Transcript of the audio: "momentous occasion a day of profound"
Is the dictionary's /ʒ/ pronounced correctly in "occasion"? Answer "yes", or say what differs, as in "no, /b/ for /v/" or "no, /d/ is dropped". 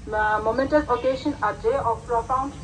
no, /ʃ/ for /ʒ/